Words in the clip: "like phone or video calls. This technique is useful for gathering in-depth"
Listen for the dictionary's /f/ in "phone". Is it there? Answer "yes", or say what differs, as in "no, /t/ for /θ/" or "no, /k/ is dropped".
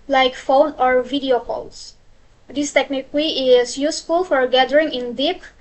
yes